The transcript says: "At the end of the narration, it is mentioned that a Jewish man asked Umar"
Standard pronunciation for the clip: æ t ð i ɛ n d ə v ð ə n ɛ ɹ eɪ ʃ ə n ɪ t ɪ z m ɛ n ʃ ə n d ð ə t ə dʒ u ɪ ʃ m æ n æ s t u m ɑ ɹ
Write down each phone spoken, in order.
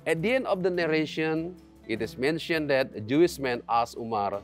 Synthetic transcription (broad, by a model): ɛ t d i ɛ n d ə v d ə n ɛ ɹ eɪ ʃ ə n ɪ t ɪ s m ɛ n ʃ ə n d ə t ə dʒ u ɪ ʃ m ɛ n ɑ s u m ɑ ɹ